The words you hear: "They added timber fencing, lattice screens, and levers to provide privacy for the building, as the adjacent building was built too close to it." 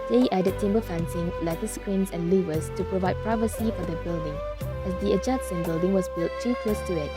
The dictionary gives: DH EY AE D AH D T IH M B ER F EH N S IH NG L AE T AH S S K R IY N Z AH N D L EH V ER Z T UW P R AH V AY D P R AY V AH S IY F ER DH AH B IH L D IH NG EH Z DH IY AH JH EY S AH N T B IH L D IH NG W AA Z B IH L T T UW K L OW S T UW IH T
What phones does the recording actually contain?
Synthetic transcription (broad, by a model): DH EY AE D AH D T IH M B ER F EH N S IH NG L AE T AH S S K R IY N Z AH N L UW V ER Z T UW P R AH V AY D P R AY V AH S IY F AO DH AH B IH L D IH NG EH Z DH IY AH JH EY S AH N B IH L D IH NG W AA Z B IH L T T UW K OW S T UW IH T